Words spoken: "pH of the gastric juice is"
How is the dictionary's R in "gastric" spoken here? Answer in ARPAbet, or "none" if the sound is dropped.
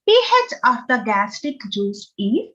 none